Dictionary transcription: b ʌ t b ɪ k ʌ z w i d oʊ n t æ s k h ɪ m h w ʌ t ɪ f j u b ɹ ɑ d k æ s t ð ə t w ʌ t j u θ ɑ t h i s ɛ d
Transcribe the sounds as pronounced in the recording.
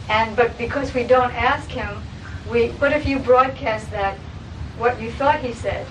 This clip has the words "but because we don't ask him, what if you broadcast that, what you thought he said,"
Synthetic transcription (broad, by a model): b ʌ t b ɪ k ʌ z w i d oʊ n t æ s k h ɪ m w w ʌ t ɪ f j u b ɹ ɑ d k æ s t ð ə t w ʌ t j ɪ θ ɑ t h i s ɛ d